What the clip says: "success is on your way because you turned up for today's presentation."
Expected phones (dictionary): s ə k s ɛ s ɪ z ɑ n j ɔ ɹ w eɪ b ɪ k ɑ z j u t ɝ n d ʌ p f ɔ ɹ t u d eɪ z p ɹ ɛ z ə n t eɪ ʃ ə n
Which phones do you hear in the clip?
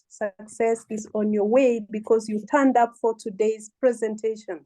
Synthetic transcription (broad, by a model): s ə k s ɛ s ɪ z ɑ n j ɔ ɹ w eɪ b ɪ k ɑ z j u t ɝ n d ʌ p f ɔ ɹ t u d eɪ z p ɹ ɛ z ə n t eɪ ʃ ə n